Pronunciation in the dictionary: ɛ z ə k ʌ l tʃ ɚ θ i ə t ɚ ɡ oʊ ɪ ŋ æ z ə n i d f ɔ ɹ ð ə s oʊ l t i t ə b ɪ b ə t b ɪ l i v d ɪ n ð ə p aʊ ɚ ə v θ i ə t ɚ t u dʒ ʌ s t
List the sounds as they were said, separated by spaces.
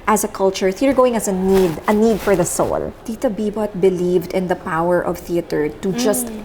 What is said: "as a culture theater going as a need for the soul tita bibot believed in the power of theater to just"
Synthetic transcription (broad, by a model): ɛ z ə k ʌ l tʃ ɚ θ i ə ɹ ɡ oʊ ɪ ŋ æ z ə n i d f ɔ ɹ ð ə s oʊ l t i t ə b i b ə t b ɪ l i v d ɪ n ð ə p aʊ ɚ ə v θ i ə t ɚ t u dʒ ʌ s t